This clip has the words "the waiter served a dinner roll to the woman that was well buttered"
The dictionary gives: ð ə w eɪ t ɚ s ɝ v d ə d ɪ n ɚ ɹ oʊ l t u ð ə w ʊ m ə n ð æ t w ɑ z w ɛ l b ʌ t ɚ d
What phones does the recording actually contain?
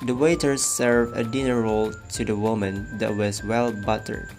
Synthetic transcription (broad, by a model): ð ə w eɪ t ɚ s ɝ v ə d ɪ n ɚ ɹ oʊ l t u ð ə w ʊ m ə n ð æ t w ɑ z w ɛ l b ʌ t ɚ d